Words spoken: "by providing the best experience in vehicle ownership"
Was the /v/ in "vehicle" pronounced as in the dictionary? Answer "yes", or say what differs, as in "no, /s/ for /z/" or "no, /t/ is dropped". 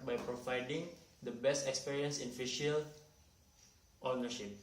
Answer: no, /f/ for /v/